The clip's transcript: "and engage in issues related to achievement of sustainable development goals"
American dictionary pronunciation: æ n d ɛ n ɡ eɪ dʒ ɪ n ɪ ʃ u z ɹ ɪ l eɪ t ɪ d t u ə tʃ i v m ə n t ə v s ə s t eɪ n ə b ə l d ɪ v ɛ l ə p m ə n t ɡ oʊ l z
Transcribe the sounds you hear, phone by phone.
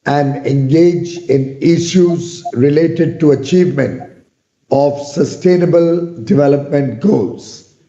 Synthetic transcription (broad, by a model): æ n d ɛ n ɡ eɪ dʒ ɪ n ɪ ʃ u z ɹ ɪ l eɪ t ɪ d t u ə tʃ i v m ə n t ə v s ə s t eɪ n ə b ə l d ɪ v ɛ l ə p m ə n t ɡ oʊ l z